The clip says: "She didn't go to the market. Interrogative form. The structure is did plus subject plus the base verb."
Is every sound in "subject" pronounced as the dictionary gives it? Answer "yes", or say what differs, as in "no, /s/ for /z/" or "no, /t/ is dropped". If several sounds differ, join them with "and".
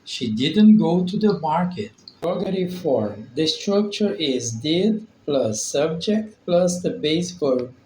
yes